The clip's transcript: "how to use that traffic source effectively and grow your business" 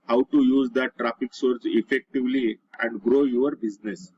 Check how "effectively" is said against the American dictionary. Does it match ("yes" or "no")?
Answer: yes